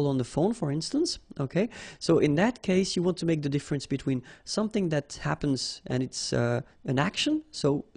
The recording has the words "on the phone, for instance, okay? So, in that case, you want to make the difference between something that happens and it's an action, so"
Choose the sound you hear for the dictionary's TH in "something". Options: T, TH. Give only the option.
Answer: TH